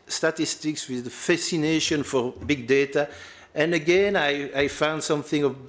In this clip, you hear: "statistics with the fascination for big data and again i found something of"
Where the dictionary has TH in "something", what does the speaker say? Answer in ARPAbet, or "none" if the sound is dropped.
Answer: TH